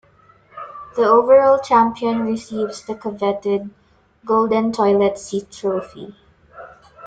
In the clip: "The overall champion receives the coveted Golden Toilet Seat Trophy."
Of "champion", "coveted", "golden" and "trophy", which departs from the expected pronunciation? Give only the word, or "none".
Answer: none